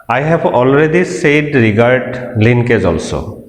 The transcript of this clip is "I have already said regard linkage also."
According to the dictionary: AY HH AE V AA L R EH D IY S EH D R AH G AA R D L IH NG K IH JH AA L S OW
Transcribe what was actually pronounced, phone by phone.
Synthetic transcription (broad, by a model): AY HH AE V AA L R EH D IY S EH D R AH G AA R D L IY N K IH Z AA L S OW